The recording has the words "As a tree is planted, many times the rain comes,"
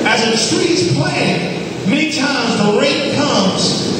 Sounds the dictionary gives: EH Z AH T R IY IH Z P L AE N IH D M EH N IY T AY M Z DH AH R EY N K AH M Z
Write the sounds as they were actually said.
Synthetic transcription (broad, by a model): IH Z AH T R IY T S P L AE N M EH N IY T AY M Z DH AH R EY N K AH M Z